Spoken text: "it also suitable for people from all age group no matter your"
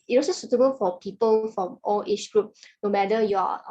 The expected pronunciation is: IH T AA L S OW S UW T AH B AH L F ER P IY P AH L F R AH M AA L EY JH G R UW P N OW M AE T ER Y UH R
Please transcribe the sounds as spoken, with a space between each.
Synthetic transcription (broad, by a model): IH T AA S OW S UW T AH B AH L F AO P IY P AH L F R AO M AA L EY CH G R UW P N OW M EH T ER Y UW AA